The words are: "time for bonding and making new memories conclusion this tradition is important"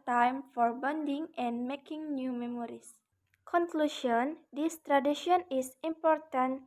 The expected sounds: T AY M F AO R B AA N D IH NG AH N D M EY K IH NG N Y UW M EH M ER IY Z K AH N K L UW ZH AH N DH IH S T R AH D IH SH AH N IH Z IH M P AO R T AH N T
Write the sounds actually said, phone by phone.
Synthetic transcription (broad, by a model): T AY M F AO R B AA N D IH NG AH N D M EY K IH NG N Y UW M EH M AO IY S K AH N K L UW SH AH N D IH S T R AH D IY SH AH N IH S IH M P AO R T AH N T